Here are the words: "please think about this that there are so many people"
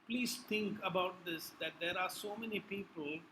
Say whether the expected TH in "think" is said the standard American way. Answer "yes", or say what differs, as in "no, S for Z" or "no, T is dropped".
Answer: no, T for TH